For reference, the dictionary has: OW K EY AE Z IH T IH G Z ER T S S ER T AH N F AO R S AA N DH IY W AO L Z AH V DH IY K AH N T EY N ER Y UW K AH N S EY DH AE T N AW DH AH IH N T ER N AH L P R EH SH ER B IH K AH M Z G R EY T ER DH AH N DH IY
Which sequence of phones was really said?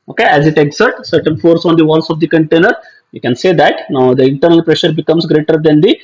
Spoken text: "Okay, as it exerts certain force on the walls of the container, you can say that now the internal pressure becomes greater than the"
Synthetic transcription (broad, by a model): OW K EY AE Z IH T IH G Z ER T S S ER T AH N F AO R S AA N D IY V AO L S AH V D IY K AH N T EY N ER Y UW K AH N S EY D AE T N AW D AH IH N T ER N AH L P R EH SH ER B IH K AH M S G R EY T ER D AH N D IY